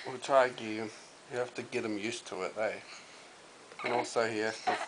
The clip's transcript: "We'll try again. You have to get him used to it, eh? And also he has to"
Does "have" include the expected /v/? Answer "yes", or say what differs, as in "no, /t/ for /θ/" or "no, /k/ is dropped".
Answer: no, /f/ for /v/